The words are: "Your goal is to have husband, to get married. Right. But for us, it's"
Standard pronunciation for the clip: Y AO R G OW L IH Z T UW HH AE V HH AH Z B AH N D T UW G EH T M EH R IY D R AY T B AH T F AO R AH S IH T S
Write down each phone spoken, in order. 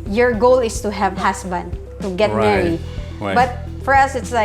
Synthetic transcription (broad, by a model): Y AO R G OW L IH S T UW HH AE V HH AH S B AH N D T UW G EH T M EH R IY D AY B AH T F AO R AH S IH T S